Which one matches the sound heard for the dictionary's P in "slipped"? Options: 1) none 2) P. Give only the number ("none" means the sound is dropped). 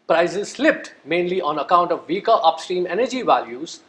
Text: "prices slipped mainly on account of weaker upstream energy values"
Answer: 2